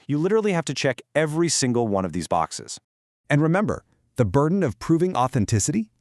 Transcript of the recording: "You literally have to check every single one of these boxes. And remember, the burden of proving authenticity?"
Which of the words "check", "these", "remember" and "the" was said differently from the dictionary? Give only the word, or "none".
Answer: none